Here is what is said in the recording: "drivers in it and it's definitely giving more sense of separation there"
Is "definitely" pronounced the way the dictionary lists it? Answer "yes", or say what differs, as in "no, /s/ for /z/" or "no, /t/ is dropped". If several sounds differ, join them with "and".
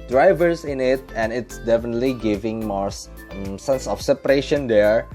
yes